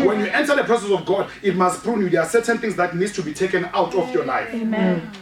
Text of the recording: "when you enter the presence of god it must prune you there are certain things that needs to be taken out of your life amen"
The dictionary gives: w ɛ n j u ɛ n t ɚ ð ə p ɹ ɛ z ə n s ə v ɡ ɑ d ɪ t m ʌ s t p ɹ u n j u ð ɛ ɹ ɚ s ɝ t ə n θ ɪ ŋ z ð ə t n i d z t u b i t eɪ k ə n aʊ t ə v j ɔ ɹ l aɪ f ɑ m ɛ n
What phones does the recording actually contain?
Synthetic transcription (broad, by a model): w ɛ n j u ɛ n t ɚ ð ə p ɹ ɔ s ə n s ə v ɡ ɑ d ɪ t m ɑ s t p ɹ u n j u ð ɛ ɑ s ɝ t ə n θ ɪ ŋ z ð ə t n i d s t u b i t eɪ k ə n aʊ t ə f j ɔ l aɪ f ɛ